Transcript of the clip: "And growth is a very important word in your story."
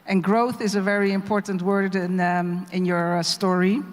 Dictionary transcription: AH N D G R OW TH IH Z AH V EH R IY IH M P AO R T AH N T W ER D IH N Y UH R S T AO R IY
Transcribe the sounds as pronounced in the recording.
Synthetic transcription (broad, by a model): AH N G R OW TH IH Z AH V EH R IY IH M P AO R T N T W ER D IH N Y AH R S T AO R IY